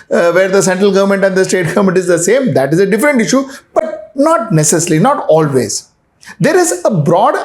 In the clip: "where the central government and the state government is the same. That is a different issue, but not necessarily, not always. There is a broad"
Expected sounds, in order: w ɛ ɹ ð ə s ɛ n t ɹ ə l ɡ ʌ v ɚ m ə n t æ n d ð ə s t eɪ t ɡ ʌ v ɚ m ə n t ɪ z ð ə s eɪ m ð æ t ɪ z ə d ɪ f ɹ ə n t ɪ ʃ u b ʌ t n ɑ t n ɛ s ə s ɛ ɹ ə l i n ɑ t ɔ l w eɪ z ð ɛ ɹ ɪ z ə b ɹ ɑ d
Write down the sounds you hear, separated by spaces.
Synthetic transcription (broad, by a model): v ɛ ɹ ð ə s ɛ n t ɹ ə l ɡ ʌ v ɚ m ə n t æ n d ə s t eɪ t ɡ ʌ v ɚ m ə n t ɪ z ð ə s eɪ m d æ t ɪ z ə d ɪ f ɹ ə n t ɪ ʃ u b ʌ t n ɑ t n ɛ s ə s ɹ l i n ɑ t ɔ l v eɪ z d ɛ ɹ ɪ z ə b ɹ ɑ d